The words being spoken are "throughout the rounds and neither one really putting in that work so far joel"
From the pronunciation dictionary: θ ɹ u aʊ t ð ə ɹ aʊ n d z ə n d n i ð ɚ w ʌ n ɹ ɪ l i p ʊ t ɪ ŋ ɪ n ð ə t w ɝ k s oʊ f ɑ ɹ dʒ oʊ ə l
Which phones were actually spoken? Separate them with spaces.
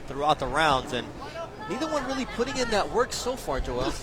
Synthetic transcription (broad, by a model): θ ɹ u aʊ t ð ə ɹ aʊ n d z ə n n i ð ɚ w ʌ n ɹ ɪ l i p ʊ t ɪ ŋ ɪ n ð ə t w ɝ k s oʊ f ɑ ɹ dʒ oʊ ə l